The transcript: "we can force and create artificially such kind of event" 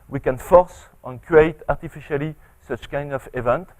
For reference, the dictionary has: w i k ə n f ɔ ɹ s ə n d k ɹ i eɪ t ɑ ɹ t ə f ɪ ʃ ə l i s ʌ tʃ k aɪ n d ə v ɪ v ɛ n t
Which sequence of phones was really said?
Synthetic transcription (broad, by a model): w i k ə n f ɔ ɹ s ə n k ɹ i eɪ t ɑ ɹ t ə f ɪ ʃ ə l i s ʌ tʃ k aɪ n d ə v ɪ v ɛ n t